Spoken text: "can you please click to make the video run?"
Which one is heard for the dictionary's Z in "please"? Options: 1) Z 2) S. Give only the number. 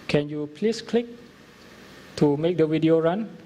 2